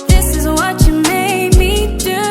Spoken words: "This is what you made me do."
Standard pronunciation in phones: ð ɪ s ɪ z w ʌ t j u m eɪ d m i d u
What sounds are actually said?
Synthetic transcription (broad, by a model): ð ɪ s ɪ z w ʌ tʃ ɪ m eɪ d m i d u